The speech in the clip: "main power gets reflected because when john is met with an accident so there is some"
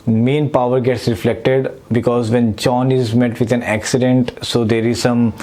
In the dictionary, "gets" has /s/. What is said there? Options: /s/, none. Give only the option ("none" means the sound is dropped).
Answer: /s/